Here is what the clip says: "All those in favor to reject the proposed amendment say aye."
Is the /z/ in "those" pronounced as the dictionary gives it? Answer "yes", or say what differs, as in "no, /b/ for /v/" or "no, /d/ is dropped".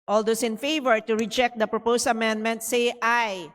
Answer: no, /s/ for /z/